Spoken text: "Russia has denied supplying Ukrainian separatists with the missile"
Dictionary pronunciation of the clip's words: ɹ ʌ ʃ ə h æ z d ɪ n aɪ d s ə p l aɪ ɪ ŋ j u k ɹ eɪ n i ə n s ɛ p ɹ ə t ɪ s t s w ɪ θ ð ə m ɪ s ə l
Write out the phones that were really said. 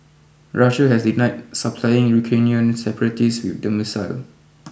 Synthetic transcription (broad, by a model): ɹ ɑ ʃ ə h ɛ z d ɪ n aɪ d s ə p l aɪ ɪ ŋ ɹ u k eɪ n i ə n s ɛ p ɹ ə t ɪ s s w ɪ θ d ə m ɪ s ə l